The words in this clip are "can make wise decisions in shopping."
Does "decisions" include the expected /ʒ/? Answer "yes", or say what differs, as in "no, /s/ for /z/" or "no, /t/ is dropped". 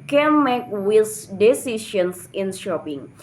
no, /ʃ/ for /ʒ/